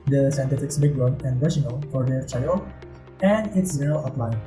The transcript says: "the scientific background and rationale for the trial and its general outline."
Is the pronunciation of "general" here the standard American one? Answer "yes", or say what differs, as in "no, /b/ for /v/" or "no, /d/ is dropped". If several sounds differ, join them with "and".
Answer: no, /n/ is dropped